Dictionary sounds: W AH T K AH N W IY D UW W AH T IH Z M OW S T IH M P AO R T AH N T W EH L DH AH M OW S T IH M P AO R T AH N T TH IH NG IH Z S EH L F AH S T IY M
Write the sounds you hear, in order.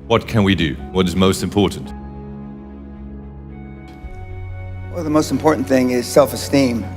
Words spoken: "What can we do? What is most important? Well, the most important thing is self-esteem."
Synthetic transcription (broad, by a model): W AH T K AH N W IY D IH W AH T IH Z M OW S T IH M P AO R T N T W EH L DH AH M OW S T M P AO R T N TH IH NG IH Z S EH L F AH S T IY M